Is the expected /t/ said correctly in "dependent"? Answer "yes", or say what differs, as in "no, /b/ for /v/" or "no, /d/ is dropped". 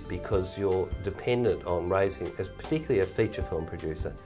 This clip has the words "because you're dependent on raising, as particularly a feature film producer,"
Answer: yes